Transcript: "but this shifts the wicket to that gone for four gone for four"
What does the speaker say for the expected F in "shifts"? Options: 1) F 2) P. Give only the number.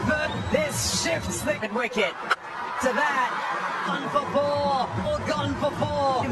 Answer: 1